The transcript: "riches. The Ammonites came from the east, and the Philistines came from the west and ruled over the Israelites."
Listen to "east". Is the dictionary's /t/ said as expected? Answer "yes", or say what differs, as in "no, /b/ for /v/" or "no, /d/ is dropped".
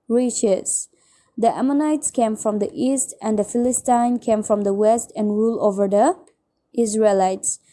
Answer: yes